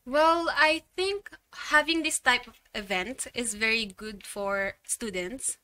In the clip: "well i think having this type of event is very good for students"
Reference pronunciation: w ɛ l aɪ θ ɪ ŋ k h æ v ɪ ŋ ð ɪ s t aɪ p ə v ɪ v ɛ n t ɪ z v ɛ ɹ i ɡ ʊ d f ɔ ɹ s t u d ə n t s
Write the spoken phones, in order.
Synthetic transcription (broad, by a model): w ɛ l aɪ θ ɪ ŋ k h æ v ɪ ŋ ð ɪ s t aɪ p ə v ɪ v ɛ n t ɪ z v ɛ ɹ i ɡ ʊ d f ɔ ɹ s t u d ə n t s